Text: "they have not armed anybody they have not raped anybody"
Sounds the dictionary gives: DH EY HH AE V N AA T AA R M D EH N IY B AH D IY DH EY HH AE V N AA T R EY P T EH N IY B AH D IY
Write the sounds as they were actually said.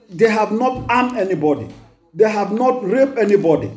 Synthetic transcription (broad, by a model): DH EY HH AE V N AA T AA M EH N IY B AH D IY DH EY HH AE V N AA T R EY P EH N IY B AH D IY